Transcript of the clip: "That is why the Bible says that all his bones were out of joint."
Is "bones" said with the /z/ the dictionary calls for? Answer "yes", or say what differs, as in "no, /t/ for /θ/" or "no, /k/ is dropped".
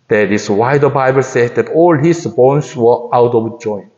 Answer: no, /s/ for /z/